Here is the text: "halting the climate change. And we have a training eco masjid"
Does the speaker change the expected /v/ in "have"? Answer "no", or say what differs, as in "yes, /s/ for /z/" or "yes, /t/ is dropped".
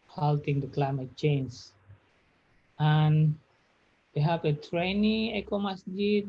yes, /p/ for /v/